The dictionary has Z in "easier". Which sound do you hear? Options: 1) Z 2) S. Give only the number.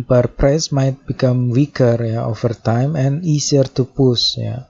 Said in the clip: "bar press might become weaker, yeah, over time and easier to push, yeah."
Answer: 2